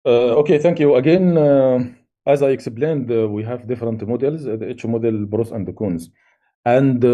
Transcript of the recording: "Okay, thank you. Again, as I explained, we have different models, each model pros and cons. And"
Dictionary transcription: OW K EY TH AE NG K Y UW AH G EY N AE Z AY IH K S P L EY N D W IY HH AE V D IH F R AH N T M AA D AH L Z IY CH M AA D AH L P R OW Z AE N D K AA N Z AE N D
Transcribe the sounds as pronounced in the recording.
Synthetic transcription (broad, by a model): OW K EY TH AE NG K Y UW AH G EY N AE Z AY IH K S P L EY N D W IY HH AE V D IH F R AH N T M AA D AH L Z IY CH M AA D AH L B R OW S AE N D K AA N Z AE N D